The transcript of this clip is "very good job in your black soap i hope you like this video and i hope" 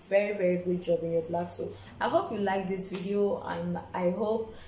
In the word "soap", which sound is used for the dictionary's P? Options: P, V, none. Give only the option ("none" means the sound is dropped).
none